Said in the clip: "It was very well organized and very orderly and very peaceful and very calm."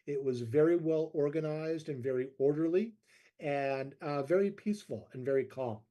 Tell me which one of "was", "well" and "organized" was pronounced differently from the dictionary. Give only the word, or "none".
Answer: none